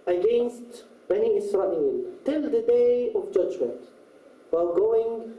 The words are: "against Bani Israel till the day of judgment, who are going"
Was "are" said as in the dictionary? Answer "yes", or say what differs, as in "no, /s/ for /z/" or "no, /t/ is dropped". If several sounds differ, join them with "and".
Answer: no, /l/ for /ɹ/